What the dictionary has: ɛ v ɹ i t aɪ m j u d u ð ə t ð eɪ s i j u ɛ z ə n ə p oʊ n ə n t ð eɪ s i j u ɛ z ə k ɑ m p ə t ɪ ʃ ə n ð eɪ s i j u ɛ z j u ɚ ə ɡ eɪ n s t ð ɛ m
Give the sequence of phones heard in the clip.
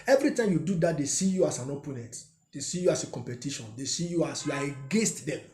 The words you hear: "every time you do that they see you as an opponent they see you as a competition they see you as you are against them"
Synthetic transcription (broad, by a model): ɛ v ɹ i t aɪ m j u d u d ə t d eɪ s i j u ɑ s ə n ə p oʊ n ə n t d eɪ s i j u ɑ s ə k ɑ m p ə t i ʃ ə n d eɪ s i j u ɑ s j u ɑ ə ɡ eɪ n s t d ɛ m